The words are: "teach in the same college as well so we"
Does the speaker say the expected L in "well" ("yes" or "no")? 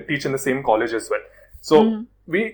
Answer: no